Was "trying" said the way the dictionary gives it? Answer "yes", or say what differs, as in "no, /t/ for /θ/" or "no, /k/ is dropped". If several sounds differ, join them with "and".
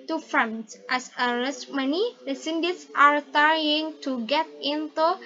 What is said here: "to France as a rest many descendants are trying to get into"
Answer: no, /ɹ/ is dropped